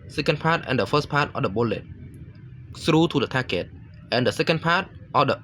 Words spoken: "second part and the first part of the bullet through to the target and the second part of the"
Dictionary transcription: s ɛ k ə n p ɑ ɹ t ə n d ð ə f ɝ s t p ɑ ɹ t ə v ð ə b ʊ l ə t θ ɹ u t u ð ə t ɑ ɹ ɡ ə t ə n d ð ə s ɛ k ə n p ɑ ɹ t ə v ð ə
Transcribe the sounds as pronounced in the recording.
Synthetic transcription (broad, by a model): s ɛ k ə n p ɑ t ə n d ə f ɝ s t p ɑ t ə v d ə b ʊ l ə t s ɹ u t u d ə t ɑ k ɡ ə t ə n d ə s ɛ k ə n p ɑ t t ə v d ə